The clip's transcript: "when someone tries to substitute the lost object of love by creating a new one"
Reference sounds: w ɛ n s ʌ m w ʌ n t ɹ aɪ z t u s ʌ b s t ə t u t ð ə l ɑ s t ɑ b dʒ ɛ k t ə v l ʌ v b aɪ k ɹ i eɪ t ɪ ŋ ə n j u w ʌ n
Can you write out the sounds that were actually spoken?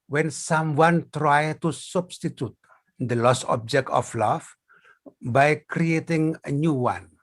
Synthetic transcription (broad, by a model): w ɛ n s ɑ m w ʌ n t ɹ aɪ t u s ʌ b s t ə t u t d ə l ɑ s ɑ b dʒ ɛ k t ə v l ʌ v b aɪ k ɹ i eɪ t ɪ ŋ ə n j u w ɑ n